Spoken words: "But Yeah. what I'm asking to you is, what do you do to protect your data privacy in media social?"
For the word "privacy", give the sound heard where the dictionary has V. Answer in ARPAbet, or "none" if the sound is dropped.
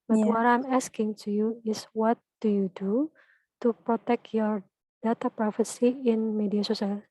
F